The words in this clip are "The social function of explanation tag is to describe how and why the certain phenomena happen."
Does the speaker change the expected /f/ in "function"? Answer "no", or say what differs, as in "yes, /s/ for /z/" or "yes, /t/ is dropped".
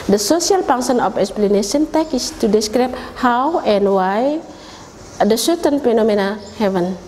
yes, /p/ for /f/